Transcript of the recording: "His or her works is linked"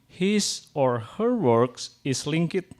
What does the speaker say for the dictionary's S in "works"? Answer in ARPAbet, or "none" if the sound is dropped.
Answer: S